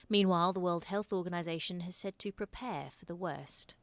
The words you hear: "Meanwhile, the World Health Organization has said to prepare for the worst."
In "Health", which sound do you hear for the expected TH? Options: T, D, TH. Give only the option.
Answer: TH